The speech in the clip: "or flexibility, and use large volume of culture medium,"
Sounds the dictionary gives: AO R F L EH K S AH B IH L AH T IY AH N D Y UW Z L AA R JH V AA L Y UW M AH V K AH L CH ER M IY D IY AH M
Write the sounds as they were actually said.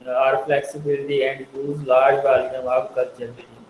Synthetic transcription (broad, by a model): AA R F L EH K S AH B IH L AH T IY AH N D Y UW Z L AA R JH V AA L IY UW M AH B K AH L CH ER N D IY